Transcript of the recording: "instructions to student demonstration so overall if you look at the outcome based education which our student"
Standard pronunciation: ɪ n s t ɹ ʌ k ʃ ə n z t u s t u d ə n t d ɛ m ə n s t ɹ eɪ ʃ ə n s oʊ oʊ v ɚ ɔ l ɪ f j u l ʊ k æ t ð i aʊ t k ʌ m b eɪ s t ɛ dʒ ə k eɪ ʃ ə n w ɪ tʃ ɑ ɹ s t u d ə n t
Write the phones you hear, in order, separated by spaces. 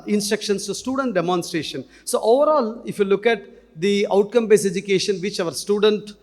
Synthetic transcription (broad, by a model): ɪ n s t ɹ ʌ k ʃ ə n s t u s t u d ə n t d ɛ m ə n s t ɹ eɪ ʃ ə n s oʊ oʊ v ɚ ɔ l ɪ f j u l ʊ k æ t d i aʊ t k ʌ m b eɪ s ɛ dʒ ə k eɪ ʃ ə n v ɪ tʃ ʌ ɹ s t u d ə n t